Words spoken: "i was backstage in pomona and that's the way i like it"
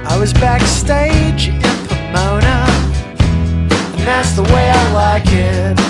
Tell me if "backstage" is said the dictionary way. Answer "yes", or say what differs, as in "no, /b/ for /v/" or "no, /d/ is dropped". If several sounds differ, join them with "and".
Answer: yes